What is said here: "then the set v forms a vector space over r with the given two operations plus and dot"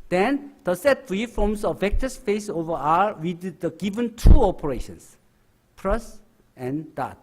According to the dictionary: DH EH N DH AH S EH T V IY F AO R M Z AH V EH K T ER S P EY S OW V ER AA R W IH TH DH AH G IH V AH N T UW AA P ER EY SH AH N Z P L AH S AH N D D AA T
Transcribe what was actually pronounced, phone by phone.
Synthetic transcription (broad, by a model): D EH N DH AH S EH T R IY F AO M S AH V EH K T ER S F EY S OW V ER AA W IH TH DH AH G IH V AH N T UW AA P ER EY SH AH N S P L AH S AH N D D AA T